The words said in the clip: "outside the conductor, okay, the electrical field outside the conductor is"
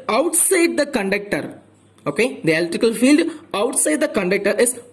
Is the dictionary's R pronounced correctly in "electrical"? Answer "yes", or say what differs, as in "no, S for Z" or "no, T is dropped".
no, R is dropped